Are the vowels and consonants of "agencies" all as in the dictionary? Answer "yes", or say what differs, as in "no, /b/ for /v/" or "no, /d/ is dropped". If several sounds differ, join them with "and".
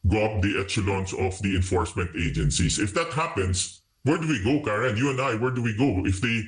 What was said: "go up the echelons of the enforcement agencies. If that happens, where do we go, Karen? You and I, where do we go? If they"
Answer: no, /s/ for /z/